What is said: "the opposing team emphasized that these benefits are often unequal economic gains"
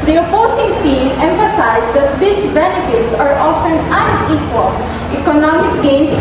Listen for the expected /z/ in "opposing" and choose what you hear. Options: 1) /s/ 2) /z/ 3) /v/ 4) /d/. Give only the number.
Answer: 1